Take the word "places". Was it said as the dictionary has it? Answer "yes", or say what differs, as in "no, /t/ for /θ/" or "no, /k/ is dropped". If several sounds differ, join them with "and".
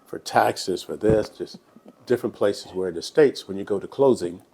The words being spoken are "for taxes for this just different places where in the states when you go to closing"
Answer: yes